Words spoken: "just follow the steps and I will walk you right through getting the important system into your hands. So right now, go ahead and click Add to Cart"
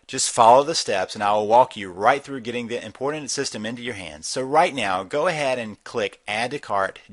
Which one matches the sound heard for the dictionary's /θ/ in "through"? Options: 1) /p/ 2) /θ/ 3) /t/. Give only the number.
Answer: 2